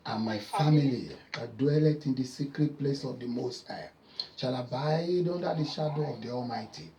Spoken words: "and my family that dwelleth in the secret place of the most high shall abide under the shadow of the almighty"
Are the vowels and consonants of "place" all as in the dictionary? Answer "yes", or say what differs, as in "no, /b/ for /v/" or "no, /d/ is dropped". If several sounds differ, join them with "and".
yes